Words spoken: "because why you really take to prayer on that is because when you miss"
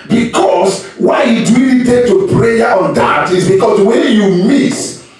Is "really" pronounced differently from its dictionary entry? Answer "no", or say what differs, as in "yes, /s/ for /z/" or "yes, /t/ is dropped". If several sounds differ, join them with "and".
yes, /l/ is dropped